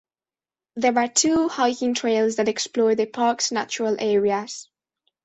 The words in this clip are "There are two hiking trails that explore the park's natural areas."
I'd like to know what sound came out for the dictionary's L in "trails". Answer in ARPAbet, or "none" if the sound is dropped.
L